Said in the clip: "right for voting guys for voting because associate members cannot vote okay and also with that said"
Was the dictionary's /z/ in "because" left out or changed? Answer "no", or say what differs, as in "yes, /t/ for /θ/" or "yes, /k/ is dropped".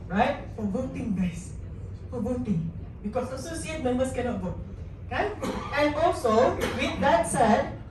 yes, /s/ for /z/